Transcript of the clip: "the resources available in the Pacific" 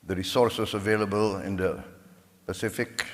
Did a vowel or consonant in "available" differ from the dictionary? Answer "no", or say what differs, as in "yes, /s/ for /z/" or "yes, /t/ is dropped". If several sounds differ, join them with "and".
no